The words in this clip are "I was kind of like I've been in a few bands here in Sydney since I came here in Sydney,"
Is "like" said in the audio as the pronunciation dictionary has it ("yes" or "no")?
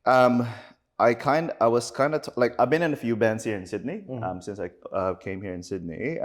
yes